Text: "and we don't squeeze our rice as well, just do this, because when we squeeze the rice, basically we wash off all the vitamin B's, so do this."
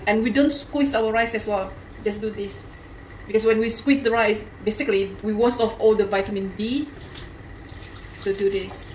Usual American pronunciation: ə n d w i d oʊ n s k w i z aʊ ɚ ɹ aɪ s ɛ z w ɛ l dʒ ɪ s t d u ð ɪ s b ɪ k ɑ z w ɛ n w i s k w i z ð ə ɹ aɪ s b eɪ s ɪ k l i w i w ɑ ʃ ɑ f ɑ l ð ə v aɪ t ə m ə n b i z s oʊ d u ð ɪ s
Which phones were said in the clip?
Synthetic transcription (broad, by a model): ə n w i d oʊ n s k w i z aʊ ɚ ɹ aɪ s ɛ s w ɛ l dʒ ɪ s d u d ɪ s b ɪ k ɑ s w ɛ n w i s k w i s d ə ɹ aɪ s b eɪ s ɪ k l i w i w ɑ s ɑ f ɑ l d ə v aɪ t ə m ə n b i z s oʊ d u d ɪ s